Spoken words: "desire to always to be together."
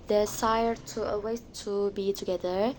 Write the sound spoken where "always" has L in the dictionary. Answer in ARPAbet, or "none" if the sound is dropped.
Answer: none